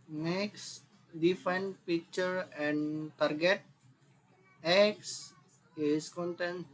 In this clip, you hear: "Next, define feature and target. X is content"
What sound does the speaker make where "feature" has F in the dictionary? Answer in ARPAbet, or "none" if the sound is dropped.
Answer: P